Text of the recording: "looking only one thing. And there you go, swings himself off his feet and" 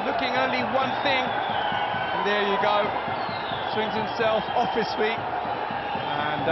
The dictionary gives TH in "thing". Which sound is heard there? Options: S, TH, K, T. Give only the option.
TH